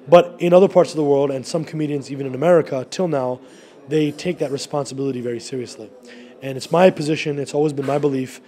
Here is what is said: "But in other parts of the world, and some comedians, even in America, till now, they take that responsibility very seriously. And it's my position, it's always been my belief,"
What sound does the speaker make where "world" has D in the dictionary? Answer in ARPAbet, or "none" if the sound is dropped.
D